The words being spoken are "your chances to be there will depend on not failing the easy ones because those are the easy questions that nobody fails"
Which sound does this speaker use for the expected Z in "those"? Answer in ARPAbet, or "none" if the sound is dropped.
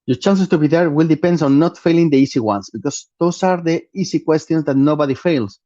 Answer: S